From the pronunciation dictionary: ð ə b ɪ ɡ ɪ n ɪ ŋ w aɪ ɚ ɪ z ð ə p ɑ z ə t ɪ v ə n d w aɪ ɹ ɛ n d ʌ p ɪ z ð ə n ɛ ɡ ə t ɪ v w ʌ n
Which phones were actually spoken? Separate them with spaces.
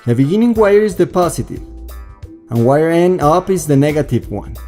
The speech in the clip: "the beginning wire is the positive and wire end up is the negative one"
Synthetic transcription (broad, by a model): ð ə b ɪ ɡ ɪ n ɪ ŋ w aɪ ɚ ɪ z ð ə p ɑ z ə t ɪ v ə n w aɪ ɹ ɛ n ʌ p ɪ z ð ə n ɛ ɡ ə t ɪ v w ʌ n